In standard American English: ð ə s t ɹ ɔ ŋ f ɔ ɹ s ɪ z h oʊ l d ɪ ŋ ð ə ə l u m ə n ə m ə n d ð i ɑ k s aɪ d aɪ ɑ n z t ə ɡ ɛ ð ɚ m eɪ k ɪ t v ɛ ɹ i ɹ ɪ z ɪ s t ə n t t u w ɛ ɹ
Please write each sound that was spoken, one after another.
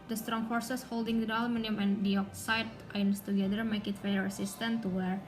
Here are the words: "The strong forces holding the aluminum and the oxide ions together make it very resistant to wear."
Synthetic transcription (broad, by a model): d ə s t ɹ ɔ ŋ f ɔ ɹ s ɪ s h oʊ l d ɪ ŋ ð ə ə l m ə n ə m ə n d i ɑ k s aɪ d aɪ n s t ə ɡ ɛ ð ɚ m eɪ k ɪ t f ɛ i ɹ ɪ s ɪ s t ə n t t u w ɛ ɹ